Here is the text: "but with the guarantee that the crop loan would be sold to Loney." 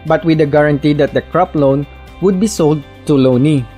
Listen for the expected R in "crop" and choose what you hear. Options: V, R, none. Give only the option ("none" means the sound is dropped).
R